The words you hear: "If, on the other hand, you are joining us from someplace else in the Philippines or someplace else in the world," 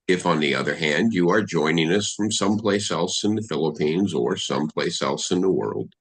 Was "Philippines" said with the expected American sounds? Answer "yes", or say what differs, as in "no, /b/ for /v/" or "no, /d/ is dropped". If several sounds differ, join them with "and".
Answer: yes